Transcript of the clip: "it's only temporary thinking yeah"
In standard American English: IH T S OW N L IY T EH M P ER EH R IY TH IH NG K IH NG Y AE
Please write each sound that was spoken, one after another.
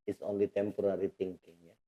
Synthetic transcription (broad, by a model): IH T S OW N L IY T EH M P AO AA R IY T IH NG K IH NG Y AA